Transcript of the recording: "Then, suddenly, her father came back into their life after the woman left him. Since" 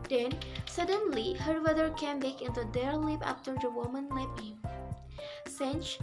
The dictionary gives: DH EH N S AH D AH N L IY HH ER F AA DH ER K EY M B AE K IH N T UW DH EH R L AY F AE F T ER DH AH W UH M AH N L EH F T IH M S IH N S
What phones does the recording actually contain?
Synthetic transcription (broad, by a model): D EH N S AH D AH N L IY HH ER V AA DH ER K EY M B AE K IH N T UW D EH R L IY P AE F T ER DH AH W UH M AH N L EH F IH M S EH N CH